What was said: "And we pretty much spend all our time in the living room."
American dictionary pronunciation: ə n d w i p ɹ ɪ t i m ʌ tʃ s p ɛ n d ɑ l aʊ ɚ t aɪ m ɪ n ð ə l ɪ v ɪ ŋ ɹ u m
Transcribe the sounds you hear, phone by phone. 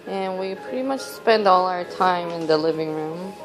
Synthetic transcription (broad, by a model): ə n w i p ɹ ɪ t i m ʌ tʃ s p ɛ n d ɑ l aʊ ɚ t aɪ m ɪ n ð ə l ɪ v ɪ ŋ ɹ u m